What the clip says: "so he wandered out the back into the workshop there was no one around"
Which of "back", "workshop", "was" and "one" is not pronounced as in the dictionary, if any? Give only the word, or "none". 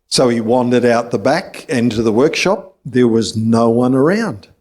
none